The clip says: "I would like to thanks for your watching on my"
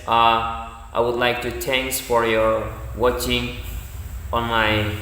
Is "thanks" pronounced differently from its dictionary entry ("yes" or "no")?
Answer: yes